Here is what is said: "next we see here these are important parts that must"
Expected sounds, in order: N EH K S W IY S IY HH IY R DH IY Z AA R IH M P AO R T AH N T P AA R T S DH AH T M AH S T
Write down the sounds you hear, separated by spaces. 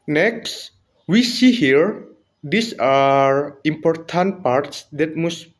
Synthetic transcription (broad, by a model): N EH K S W IY S IY HH IY R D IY S AA R IH M P AO R T AH N T P AA R T S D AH T M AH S